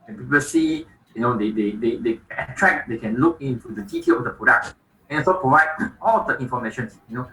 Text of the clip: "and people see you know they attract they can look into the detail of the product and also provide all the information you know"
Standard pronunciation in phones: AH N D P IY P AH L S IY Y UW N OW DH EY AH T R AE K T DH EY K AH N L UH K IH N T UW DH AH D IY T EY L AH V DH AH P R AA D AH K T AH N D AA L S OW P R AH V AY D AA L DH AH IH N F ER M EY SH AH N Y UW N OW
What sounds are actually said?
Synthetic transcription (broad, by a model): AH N P IY P AH L S IY Y UW N OW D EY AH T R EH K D EY K AH N L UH K IH N T UW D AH D IY T EY L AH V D AH P R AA D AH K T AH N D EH S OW P R AH V AY D AA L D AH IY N F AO M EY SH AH N Y UW N OW